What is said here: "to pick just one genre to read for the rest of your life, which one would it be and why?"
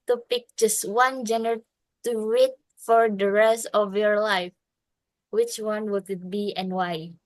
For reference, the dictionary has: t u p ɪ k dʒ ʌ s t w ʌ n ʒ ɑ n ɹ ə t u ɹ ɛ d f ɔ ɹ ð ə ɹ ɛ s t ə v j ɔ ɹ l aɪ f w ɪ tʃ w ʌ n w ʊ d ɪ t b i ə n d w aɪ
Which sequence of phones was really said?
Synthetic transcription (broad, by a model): t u p ɪ k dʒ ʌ s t w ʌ n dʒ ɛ n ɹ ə t u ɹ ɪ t f ɔ ɹ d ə ɹ ɛ s t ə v j ɔ ɹ l aɪ f w ɪ tʃ w ʌ n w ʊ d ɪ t b i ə n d w aɪ